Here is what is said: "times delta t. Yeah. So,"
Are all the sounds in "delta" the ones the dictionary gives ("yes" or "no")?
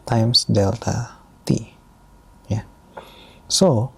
yes